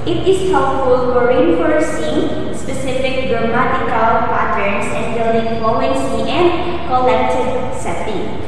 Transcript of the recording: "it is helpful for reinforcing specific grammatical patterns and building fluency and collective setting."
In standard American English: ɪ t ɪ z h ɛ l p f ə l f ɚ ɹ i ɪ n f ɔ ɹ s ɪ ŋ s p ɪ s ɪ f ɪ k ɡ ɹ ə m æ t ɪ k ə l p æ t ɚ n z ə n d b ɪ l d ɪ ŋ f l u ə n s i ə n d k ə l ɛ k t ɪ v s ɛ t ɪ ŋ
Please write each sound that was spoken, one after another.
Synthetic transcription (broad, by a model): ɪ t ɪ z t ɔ p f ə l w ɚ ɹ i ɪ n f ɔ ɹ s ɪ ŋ s p ɪ s ɪ f ɪ k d ɹ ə m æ t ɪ k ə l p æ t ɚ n s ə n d b ɪ l d ɪ ŋ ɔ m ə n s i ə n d k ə l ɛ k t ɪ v s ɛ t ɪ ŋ